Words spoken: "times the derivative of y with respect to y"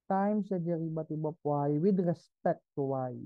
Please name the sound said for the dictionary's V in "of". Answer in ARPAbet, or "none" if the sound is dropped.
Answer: P